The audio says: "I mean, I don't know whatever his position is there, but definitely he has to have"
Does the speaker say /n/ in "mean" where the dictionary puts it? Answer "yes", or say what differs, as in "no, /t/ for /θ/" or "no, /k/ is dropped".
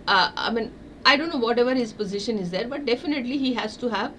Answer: yes